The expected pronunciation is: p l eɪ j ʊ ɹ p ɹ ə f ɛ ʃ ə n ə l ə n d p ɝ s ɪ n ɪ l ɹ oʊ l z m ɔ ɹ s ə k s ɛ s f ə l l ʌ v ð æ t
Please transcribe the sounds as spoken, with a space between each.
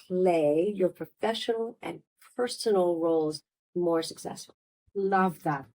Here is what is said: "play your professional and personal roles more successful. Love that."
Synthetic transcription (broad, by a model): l eɪ j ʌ ɹ p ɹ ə f ɛ ʃ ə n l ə n p ɝ s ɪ n l ɹ oʊ l z m ɔ ɹ s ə k s ɛ s f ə l l ʌ v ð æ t